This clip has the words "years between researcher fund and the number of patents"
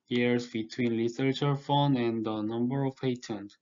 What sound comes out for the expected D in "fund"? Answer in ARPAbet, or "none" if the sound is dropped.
none